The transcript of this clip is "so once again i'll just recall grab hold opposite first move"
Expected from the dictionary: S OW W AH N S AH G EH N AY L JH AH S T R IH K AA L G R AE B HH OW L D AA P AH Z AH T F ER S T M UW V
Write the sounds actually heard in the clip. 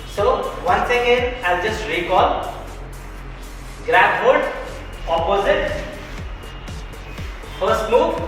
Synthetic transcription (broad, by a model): S OW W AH N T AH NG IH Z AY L JH AH S T R IH K AA L G R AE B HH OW D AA P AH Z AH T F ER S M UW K